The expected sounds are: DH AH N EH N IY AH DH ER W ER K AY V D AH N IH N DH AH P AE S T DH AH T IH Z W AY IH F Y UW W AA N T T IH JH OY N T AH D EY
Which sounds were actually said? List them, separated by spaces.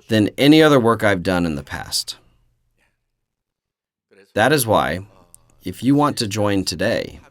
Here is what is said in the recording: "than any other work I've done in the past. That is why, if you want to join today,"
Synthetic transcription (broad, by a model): DH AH N EH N IY AH DH ER W ER K AY V D AH N IH N DH AH P AE S T DH AH T IH Z W AY IH F Y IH W AA N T T IH JH OY N T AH D EY